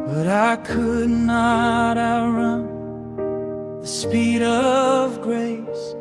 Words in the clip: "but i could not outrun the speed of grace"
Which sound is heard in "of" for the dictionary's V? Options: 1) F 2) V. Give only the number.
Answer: 2